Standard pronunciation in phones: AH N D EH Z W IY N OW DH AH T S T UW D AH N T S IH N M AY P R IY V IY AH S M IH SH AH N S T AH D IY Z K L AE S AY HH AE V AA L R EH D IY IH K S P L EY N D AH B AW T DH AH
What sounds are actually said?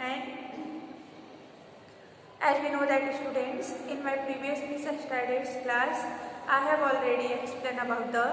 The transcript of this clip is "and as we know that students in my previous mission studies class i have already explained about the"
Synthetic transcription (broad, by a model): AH N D EH Z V IY N OW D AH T S T UW D AH N T S IH N M AY P R IY V IY AH S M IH S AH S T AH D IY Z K L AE S AY HH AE V AA L R EH D IY IH K S P L EY N D AH B AW T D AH